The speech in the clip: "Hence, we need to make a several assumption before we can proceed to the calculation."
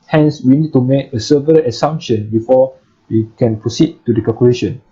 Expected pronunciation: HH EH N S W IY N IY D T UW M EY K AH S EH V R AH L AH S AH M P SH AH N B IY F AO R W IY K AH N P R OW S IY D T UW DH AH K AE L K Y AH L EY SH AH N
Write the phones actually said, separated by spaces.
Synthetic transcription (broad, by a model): HH EH N S W IY N IY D T UW M EY K AH S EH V AH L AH S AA M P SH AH N B IY F AO W IY K AH N P R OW S IY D T UW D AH K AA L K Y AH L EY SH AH N